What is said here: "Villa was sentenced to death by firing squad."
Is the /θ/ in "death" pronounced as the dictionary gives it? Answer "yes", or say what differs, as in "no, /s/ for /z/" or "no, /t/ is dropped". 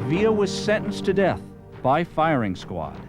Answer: yes